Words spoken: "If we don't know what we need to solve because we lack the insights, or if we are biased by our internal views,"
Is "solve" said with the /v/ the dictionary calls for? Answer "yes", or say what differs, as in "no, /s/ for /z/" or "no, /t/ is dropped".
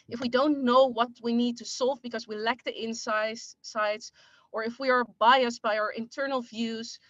yes